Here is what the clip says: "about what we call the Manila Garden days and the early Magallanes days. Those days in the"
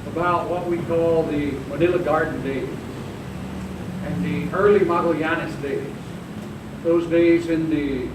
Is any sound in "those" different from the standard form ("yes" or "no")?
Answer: no